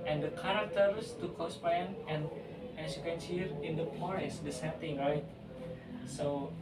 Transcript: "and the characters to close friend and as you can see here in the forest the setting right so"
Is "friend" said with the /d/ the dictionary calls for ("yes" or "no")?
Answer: no